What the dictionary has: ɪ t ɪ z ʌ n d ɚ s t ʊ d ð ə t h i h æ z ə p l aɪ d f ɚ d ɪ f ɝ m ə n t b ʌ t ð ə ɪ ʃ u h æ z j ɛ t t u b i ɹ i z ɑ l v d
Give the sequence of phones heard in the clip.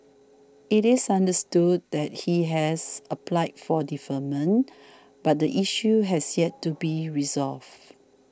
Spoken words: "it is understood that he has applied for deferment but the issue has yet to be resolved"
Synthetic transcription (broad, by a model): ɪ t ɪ s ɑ n d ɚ s t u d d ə t h i h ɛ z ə p l aɪ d f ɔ d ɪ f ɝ m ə n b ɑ t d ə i ʃ u h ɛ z j ɛ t t u b i ɹ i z ɑ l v